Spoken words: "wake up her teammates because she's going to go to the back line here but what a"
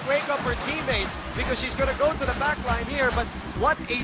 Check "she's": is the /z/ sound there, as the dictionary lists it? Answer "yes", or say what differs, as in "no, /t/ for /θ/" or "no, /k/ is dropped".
yes